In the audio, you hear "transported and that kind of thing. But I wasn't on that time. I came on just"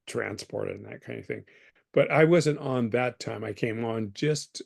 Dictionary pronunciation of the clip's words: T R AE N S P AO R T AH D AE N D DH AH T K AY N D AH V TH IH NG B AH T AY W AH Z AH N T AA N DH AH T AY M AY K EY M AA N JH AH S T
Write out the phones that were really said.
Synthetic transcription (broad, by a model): T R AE N S P AO R T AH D N DH AH T K AY N D AH V TH IH NG B AH T AY W AH Z AH N T N DH AH T AY M AY K EY M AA N JH AH S T